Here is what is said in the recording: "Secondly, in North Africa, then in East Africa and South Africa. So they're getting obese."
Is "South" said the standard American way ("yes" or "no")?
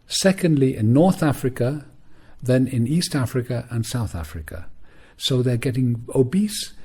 yes